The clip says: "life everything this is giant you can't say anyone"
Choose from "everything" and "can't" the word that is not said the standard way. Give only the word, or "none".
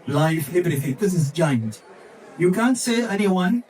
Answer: everything